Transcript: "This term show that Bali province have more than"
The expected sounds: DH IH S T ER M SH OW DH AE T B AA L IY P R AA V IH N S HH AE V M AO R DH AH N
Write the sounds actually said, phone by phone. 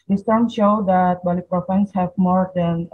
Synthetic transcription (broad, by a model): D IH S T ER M SH OW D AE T B AA L IY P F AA IH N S HH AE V M AO R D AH N